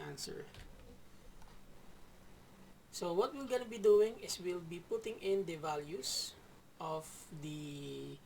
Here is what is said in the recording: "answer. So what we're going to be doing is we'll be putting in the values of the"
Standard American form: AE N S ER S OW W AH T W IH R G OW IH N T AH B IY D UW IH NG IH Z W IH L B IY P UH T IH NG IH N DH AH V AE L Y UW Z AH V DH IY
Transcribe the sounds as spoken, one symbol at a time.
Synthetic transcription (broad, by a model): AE N S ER S OW W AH T W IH L G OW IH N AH B IY D UW IH NG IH S W IH L B IY P UH T IH NG IH N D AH V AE L Y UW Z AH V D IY